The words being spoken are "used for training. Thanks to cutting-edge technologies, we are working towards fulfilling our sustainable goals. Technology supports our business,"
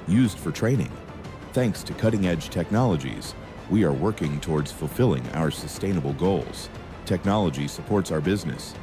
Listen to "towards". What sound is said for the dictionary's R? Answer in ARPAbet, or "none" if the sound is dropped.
R